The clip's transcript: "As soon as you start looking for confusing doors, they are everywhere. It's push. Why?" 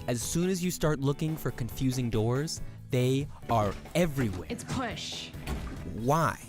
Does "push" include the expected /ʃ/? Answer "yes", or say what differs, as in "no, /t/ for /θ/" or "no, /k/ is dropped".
yes